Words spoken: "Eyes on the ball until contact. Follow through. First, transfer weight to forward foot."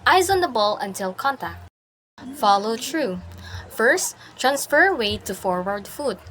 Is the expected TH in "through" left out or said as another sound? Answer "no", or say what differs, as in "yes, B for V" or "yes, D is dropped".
yes, T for TH